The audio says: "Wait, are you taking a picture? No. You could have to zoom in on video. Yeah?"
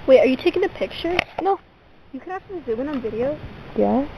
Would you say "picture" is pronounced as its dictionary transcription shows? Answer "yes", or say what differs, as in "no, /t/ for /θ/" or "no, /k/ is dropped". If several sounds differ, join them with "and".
yes